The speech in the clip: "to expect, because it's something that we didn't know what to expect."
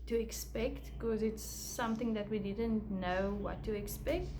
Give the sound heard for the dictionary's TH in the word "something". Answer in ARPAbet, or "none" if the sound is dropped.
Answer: TH